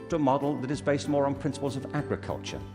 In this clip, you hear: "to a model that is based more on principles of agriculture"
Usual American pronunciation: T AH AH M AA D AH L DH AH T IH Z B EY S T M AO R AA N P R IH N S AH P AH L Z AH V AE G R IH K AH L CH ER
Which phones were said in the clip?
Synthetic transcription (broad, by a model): T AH AH M AA D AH L DH AH T IH Z B EY S T M AO R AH N P R IH N S AH P AH L Z AH V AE G R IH K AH L CH ER